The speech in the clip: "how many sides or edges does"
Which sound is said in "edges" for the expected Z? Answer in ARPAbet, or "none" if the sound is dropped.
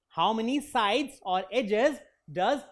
Z